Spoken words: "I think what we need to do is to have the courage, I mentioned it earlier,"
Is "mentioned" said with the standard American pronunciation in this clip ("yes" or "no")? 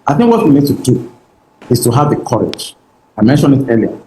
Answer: no